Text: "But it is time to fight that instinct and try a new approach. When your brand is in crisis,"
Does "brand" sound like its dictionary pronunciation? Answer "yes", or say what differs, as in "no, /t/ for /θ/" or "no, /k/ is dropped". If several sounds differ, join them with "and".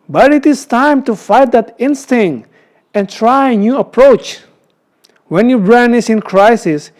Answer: no, /d/ is dropped